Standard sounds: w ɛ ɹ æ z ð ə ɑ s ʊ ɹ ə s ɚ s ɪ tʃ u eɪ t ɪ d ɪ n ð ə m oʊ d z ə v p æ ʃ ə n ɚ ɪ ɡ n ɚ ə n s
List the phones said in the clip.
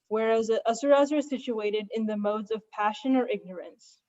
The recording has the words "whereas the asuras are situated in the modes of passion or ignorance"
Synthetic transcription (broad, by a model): w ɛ ɹ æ z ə s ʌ ɹ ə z ɚ s ɪ tʃ u eɪ t ɪ d ɪ n ð ə m oʊ d z ə v p æ ʃ ə n ɚ ɪ ɡ n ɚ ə n s